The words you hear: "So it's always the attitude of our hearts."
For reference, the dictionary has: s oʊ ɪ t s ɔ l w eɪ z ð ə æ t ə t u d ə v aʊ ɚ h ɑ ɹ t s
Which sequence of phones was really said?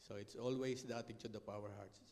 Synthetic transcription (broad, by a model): s oʊ ɪ t s ɔ l w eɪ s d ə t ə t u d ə p aʊ ɚ h ɑ ɹ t s